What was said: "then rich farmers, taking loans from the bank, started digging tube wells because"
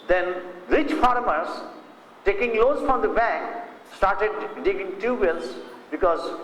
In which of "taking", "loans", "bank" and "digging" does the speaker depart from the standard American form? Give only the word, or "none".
loans